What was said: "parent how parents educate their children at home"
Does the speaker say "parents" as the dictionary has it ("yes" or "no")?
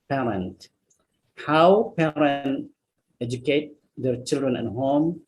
no